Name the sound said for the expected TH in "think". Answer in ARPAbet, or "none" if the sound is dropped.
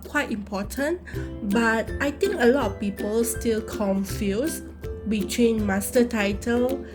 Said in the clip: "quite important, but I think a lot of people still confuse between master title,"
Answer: T